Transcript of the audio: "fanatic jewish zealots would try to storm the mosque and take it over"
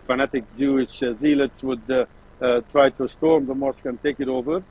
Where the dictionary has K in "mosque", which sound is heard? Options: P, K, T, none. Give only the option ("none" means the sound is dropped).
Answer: K